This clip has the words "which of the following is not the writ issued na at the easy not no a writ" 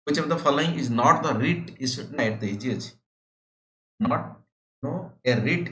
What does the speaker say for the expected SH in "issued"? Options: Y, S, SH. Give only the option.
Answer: S